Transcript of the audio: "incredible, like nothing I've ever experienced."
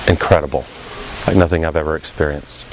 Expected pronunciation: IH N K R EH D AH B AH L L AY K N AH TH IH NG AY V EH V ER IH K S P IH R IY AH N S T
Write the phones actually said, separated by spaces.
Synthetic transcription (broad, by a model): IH N K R EH D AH B L L AY K N AH TH IH NG AY V EH V ER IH K S P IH R IY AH N S T